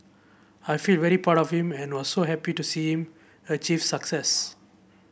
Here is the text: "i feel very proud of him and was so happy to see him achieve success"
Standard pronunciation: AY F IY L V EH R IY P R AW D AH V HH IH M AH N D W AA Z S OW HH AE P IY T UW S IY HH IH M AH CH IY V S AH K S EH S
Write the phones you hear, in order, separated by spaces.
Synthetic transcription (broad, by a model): AY F IY L V EH R IY P AW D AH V HH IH M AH N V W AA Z S OW HH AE P IY T UW S IY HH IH M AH CH IY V S AH K S EH S